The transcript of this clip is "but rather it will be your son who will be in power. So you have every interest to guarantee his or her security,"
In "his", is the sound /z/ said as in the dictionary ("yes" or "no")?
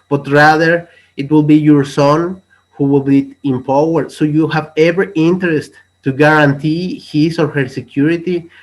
no